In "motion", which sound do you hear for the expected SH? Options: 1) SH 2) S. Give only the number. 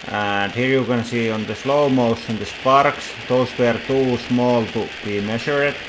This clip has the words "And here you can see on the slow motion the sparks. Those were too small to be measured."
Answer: 2